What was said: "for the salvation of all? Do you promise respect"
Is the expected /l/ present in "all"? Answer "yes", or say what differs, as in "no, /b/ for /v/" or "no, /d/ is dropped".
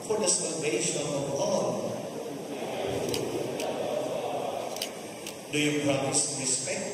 no, /n/ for /l/